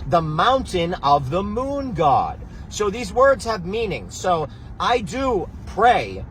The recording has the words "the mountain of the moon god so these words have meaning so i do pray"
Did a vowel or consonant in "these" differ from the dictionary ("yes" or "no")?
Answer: no